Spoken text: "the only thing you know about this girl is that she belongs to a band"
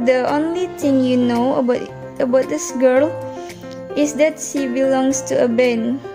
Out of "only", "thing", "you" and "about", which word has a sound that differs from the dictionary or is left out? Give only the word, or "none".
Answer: thing